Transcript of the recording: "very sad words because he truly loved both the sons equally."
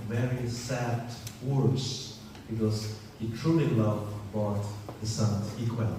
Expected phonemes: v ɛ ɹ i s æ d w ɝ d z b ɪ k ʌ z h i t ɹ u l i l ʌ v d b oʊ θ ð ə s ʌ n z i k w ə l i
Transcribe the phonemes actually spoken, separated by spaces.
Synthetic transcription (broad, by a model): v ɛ ɹ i s æ d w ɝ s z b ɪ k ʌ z h i t ɹ u l i l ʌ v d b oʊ t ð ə s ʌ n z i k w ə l